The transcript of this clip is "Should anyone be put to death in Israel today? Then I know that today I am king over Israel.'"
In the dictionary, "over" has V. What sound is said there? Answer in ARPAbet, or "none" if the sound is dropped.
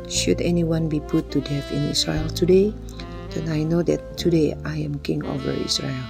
V